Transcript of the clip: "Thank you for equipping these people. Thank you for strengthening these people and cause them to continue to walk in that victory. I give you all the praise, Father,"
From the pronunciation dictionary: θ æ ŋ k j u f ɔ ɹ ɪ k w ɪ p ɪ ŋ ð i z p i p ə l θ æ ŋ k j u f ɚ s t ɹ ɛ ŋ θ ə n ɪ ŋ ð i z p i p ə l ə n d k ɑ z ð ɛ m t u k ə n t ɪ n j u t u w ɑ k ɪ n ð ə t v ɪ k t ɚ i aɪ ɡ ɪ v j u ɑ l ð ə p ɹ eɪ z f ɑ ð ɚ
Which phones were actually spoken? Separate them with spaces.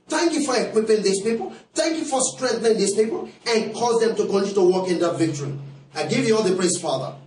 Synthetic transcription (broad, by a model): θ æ ŋ k j u f ɔ ɹ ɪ k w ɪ p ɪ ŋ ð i s p i p ə l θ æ ŋ k j u f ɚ s t ɹ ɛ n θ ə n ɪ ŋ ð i s p i p ə l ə n k ɑ z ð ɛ m t u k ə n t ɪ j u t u w ɑ k ɪ n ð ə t v ɪ k t ɚ i aɪ ɡ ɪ v j u ɑ l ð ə p ɹ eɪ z f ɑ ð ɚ